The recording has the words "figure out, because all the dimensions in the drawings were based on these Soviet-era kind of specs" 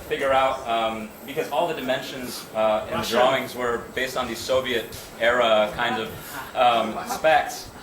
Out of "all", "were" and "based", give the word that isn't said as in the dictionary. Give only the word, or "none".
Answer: none